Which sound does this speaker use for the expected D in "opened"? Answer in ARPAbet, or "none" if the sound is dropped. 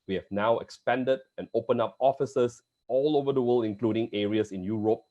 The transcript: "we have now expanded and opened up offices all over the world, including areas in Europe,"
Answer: none